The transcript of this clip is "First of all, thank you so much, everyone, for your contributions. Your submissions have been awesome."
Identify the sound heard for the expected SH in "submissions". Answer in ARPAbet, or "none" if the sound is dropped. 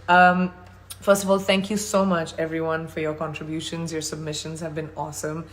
SH